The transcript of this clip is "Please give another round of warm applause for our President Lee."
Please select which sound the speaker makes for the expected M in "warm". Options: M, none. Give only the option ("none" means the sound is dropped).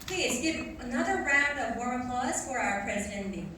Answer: none